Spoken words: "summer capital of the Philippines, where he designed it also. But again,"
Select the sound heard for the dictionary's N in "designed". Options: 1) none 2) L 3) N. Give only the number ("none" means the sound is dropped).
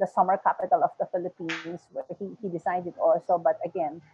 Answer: 1